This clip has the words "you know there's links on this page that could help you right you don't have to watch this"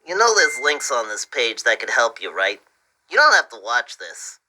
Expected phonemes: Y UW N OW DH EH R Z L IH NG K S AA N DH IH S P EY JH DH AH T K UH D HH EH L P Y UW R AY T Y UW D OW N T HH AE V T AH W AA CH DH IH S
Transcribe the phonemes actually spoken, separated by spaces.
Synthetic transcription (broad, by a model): Y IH N OW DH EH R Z L IH NG K S N DH IH S P EY JH DH AH T K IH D HH EH L P Y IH R AY T Y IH D OW N T HH AE F T AH W AA CH DH IH S